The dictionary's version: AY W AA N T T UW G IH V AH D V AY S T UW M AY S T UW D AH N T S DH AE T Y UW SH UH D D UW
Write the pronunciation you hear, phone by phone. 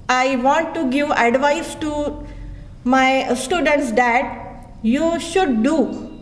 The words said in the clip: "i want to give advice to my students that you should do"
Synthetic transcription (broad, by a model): AY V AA N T T UW G IH V AH D V AY S T UW M AY S T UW D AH N T S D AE T Y UW SH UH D D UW